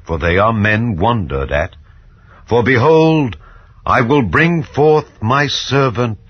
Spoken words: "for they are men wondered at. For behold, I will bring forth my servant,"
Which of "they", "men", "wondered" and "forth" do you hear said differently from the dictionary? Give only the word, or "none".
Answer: none